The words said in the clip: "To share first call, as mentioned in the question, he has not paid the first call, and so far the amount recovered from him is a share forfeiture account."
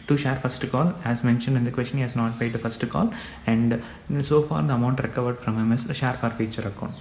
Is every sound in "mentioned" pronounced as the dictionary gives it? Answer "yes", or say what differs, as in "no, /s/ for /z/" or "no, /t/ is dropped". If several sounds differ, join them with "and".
yes